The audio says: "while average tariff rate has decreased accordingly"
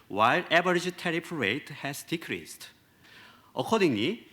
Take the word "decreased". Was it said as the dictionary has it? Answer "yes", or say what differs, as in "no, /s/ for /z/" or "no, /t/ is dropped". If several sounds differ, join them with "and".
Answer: yes